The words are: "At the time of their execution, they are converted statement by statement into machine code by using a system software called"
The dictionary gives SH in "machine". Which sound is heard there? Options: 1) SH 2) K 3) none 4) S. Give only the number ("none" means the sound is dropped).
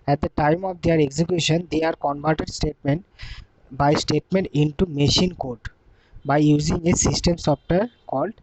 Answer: 1